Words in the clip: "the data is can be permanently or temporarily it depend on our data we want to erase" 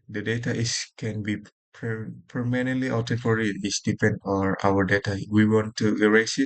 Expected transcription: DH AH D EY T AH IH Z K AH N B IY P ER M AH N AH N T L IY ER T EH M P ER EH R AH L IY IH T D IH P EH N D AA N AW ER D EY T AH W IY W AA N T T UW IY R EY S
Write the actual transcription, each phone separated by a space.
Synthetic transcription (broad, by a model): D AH D EY T AH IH S K AH N B IY P ER M AH N AH N T L IY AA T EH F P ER R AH IY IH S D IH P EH N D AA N AW ER D EY T AH W IY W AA N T T UW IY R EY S